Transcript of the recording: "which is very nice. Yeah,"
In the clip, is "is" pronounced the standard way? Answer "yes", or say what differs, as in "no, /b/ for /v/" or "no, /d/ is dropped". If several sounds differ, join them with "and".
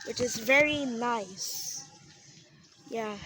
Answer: yes